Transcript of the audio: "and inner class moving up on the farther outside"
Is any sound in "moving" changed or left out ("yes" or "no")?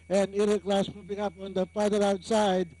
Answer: yes